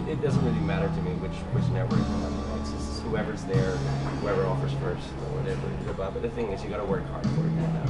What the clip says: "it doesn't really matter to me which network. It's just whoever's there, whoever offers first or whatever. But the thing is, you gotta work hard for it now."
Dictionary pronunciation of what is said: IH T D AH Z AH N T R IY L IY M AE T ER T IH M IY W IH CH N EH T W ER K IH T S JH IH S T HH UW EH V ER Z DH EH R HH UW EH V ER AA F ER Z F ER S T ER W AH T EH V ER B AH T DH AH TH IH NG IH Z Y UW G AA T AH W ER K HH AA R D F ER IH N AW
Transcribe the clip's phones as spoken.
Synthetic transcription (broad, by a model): IH T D AH Z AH N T R IY L IY M AE T ER T IH M IY W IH CH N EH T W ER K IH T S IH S HH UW EH V ER Z DH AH R HH UW EH V ER AA F ER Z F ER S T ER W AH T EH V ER B AH T DH AH TH IH NG IH Z Y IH G AA T AH W ER K HH AA R D F ER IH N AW